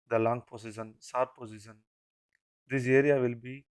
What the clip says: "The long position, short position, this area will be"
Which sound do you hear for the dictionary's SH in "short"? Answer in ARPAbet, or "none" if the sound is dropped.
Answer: S